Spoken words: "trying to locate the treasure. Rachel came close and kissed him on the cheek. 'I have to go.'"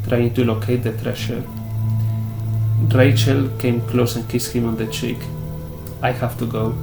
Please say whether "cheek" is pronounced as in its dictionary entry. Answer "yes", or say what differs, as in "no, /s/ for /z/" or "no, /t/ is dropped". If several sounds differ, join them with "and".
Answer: yes